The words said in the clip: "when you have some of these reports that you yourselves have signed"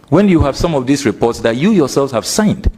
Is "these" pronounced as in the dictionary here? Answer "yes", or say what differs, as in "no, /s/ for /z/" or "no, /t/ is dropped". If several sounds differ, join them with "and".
no, /s/ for /z/